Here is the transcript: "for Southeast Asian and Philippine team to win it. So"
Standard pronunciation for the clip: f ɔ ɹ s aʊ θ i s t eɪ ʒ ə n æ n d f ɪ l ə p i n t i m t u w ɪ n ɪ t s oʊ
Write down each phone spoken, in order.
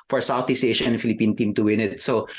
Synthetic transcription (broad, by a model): f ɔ ɹ s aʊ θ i s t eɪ ʃ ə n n f ɪ l ə p i n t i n t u w ɪ n ɪ t s oʊ